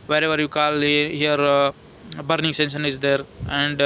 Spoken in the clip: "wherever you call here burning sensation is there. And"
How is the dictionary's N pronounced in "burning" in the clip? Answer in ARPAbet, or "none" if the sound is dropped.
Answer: N